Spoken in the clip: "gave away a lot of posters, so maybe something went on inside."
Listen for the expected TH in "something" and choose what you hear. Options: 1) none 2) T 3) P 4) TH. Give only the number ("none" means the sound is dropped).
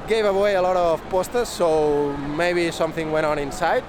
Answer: 4